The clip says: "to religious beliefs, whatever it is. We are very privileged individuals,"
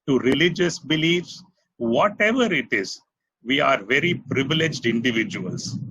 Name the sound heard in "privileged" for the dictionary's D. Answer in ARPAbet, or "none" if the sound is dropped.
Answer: D